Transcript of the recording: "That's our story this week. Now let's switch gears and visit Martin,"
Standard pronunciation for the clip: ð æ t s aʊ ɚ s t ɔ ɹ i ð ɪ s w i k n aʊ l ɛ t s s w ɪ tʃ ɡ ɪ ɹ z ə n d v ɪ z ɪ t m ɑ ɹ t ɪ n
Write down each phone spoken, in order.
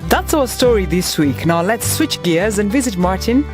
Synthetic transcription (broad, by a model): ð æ t s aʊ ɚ s t ɔ ɹ i ð ɪ s w i k n aʊ l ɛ t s s w ɪ tʃ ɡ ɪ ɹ z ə n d v ɪ z ɪ t m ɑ ɹ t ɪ n